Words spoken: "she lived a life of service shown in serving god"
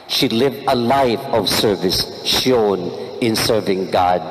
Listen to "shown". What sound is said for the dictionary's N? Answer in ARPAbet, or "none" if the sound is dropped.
N